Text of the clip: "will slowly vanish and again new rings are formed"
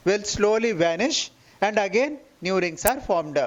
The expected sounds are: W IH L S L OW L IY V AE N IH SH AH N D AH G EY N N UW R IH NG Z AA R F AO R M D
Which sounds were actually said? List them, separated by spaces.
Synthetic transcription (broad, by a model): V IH L S L OW L IY V AE N IH SH AH N D AH G EY N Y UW R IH NG S AA R F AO R M D